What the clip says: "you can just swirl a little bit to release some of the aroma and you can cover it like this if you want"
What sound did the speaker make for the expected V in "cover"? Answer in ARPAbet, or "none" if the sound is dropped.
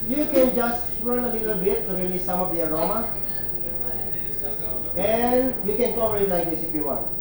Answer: P